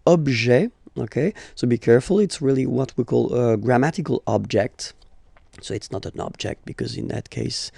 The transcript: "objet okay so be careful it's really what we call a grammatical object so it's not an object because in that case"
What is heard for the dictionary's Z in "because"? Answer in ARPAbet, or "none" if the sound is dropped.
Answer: Z